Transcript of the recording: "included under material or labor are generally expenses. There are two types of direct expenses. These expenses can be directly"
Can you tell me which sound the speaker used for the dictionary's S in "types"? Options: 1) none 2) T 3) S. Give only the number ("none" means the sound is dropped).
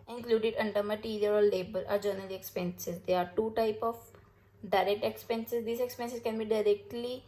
1